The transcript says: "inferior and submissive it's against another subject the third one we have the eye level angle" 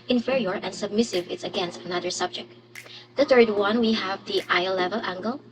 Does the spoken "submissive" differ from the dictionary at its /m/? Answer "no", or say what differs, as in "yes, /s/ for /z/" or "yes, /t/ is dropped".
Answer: no